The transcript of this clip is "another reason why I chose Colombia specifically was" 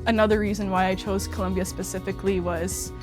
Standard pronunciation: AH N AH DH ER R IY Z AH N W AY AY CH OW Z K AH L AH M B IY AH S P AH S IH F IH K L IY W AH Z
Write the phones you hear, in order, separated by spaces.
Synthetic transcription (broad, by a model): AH N AH DH ER R IY Z AH N W AY AY CH OW Z K AH L AH M B IY AH S P AH S IH F IH K L IY W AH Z